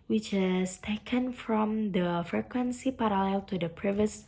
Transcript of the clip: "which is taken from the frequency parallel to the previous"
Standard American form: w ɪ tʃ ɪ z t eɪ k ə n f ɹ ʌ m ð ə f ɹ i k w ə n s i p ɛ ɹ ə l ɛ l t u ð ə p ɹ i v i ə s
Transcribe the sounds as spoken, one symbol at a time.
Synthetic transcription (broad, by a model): w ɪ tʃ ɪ s t eɪ k ə n f ɹ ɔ m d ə f ɹ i k w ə n s i p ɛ ɹ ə l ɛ l t u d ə p ɹ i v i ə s